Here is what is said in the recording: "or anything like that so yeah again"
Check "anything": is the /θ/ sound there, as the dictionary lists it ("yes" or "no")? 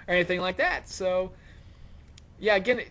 yes